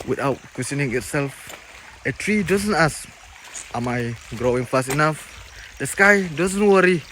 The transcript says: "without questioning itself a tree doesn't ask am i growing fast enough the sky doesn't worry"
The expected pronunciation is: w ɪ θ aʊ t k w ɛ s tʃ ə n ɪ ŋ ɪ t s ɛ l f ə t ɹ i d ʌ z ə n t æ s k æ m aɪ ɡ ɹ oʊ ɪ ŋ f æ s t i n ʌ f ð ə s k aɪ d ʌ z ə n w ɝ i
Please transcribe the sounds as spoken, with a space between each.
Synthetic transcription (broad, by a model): w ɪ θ aʊ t k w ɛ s ə n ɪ ŋ ɪ t s ɛ l f ə t ɹ i d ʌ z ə n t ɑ s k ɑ m aɪ ɡ ɹ oʊ ɪ ŋ f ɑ s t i n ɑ f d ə s k aɪ d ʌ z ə n w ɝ i